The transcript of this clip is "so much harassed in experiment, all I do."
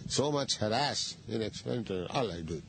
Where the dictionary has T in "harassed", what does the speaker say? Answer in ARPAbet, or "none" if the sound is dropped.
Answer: none